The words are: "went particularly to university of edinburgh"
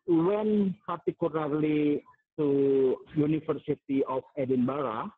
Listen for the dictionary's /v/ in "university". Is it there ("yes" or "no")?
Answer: no